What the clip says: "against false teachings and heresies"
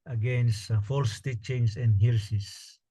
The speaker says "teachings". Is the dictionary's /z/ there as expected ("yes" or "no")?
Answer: no